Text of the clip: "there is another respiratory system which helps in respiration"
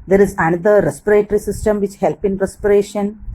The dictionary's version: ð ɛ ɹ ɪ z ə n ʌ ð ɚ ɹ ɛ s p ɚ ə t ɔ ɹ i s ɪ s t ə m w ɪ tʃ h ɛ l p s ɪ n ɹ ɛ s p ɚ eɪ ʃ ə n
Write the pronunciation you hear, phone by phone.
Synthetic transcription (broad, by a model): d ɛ ɹ ɪ z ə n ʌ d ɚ ɹ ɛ s p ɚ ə t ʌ ɹ i s ɪ s t ə m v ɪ tʃ h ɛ l p ɪ n ɹ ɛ s p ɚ eɪ ʃ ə n